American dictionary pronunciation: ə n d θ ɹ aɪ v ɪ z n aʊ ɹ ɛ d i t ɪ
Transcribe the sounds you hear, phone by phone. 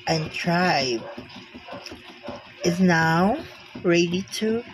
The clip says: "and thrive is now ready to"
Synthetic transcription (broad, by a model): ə n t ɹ aɪ b ɪ z n aʊ ɹ ɛ d i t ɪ